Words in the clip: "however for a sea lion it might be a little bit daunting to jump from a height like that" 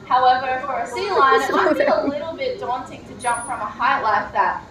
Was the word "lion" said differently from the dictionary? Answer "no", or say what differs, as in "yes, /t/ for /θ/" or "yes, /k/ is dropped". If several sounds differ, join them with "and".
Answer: yes, /n/ is dropped